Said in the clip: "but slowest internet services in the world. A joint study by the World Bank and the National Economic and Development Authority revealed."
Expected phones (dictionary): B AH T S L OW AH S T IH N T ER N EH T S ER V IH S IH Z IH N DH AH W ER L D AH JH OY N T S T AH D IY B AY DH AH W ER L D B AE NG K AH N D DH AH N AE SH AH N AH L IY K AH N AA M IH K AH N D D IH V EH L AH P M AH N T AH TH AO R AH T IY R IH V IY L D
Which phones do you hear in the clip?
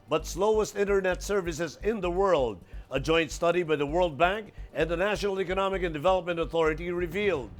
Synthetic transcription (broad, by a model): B AH T S L OW AH S T IH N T ER N EH T S ER V IH S IH Z IH N DH AH W ER L D AH JH OY N T S T AH D IY B AY DH AH W ER L D B AE NG K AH N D DH AH N AE SH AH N L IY K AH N AA M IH K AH N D D IH V EH L AH P M AH N T AH TH AO R AH T IY R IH V IY L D